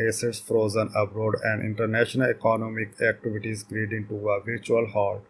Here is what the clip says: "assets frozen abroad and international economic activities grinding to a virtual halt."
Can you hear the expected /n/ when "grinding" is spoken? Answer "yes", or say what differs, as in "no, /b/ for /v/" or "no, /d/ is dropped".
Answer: no, /n/ is dropped